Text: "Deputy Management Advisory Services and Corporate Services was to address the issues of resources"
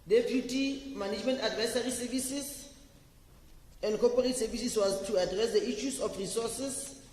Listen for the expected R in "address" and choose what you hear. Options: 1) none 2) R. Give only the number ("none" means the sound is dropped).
2